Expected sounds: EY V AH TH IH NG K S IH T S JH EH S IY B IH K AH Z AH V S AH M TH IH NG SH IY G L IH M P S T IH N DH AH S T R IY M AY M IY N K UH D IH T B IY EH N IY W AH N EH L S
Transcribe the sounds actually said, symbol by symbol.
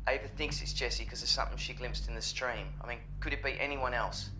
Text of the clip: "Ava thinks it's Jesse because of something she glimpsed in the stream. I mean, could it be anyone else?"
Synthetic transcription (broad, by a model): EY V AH TH IH NG K S IH T S JH EH S IY K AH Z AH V S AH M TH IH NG SH IY G L IH M P S T IH N DH AH S T R IY M AY M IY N K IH D IH T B IY EH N IY W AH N EH L S